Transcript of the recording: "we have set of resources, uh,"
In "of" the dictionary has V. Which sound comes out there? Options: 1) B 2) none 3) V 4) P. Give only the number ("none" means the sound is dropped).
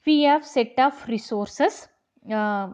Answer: 4